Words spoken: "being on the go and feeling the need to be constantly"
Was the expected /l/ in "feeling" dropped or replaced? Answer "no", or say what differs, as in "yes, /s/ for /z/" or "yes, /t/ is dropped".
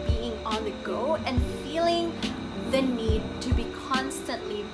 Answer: no